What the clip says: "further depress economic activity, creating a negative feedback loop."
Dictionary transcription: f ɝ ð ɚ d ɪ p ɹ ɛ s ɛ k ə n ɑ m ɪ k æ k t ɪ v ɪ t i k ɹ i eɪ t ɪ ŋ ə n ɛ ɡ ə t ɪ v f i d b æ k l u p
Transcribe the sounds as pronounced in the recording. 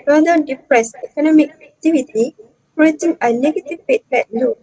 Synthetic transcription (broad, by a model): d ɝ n d ɪ p ɹ ɛ s ɛ k ə n ɑ m ɪ k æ k t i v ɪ t i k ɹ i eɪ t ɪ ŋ ə n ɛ ɡ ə t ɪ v p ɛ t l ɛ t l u